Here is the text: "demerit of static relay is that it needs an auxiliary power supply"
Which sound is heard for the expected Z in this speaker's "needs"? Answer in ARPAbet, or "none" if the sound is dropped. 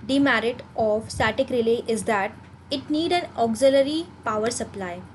none